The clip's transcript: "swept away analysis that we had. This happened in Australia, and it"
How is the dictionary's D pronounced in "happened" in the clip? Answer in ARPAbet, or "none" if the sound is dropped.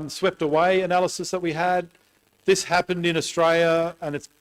D